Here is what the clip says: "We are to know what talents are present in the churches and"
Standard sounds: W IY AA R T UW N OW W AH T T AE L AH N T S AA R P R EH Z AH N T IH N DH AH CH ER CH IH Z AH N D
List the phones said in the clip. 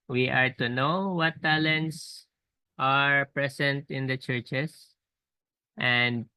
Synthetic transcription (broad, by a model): W IY AA R T UW N OW W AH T T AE L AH N T S AA R P R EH S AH N T IH N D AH CH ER CH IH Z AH N D